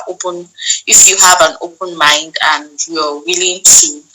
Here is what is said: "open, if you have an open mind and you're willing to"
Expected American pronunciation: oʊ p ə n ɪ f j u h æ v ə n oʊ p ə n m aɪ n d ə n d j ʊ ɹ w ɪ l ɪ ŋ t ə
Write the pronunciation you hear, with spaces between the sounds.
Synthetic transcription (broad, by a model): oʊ p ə n ɪ f j u h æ v ə n oʊ p ə n m aɪ n d ə n d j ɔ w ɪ l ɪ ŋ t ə